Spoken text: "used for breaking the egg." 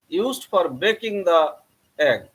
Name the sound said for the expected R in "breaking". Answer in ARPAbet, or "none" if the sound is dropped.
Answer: none